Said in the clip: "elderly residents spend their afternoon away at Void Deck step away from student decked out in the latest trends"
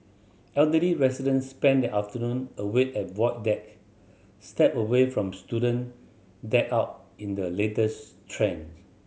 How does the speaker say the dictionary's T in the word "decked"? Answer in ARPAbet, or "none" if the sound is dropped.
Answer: none